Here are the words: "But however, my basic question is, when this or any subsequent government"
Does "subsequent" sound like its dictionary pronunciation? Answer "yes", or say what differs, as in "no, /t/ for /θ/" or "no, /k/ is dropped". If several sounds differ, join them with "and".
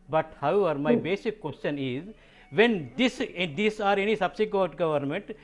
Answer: no, /n/ is dropped